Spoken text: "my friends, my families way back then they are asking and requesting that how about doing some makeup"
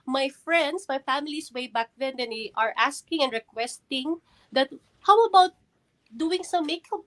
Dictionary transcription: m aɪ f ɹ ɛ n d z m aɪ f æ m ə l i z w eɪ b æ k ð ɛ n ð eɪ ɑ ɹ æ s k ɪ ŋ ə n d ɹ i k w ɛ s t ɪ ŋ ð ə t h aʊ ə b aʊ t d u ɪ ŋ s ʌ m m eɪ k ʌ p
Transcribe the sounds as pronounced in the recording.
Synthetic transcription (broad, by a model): m aɪ f ɹ ɛ n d s m aɪ f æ m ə l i s w eɪ b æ k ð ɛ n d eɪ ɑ ɹ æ s k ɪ ŋ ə n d ɹ i k w ɛ s t ɪ ŋ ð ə t h aʊ ə b aʊ t d u ɪ ŋ s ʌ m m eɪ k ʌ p